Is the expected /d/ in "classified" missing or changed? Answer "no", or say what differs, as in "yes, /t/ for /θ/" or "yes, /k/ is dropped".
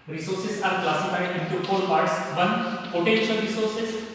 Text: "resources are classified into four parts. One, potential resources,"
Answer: yes, /d/ is dropped